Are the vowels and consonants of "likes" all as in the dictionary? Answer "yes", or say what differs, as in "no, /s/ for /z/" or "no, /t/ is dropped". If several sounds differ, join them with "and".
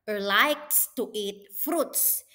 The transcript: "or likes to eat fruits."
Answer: yes